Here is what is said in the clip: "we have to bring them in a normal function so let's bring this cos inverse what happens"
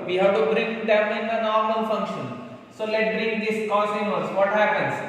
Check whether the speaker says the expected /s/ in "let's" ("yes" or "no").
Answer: no